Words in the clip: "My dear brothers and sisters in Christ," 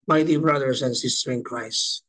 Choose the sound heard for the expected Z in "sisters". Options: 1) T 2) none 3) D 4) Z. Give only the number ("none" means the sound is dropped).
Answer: 2